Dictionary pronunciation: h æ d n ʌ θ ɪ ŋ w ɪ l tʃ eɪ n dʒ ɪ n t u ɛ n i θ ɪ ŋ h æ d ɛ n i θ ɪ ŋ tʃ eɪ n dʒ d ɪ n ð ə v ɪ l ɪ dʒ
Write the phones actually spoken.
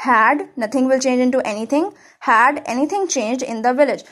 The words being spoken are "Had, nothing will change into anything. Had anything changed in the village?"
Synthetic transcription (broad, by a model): h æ d n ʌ t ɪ ŋ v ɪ l tʃ eɪ n dʒ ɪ n t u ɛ n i t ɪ ŋ h æ d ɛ n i t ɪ ŋ tʃ eɪ n dʒ d ɪ n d ə v ɪ l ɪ dʒ